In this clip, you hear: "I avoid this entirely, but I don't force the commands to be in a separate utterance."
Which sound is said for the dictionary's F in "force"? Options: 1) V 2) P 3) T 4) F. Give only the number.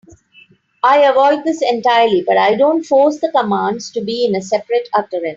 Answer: 4